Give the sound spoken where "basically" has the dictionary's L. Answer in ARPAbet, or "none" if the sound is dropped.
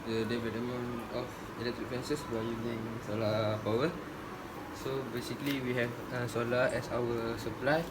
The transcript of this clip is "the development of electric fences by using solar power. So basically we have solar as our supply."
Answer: L